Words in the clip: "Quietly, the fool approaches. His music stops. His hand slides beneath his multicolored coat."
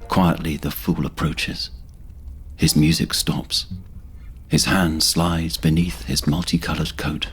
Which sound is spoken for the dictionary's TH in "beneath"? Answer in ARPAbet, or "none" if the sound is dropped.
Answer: TH